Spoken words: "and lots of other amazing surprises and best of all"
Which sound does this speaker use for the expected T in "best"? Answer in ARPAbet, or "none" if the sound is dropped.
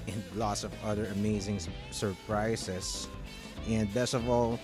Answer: none